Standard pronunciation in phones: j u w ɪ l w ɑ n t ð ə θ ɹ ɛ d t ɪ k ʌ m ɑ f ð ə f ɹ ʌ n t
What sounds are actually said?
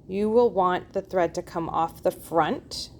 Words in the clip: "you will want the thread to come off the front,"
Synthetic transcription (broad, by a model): j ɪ w ɪ l w ɑ n ð ə θ ɹ ɛ d t ɪ k ʌ m ɑ f ð ə f ɹ ʌ n t